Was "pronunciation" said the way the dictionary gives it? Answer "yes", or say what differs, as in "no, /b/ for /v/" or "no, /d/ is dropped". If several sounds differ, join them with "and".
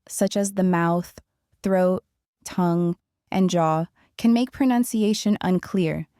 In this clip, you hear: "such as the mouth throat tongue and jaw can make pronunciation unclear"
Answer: yes